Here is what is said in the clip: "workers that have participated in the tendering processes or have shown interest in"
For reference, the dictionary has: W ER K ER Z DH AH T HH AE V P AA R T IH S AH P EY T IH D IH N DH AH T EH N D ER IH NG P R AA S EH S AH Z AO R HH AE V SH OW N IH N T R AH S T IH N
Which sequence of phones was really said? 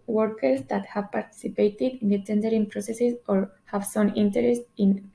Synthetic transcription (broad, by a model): W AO K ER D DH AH T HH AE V P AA R T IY S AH P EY T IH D IH N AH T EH N D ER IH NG P R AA S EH S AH S AO R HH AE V S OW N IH N T R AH S T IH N